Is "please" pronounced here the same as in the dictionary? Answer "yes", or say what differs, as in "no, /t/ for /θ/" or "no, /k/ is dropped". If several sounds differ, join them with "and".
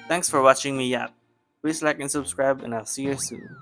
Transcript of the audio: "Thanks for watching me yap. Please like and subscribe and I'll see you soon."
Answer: no, /s/ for /z/